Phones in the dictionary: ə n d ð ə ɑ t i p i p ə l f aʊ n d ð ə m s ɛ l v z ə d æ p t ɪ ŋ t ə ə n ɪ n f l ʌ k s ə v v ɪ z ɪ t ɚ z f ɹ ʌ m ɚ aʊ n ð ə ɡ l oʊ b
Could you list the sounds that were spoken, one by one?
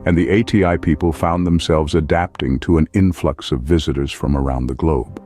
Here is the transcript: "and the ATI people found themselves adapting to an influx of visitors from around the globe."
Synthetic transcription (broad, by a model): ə n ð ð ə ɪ t i p i p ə l f aʊ n ð ə m s ɛ l v z ə d æ p t ɪ ŋ t ə ə n ɪ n f l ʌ k s ə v v ɪ z ɪ t ɚ z f ɹ ʌ m ɚ aʊ n ð ə ɡ l oʊ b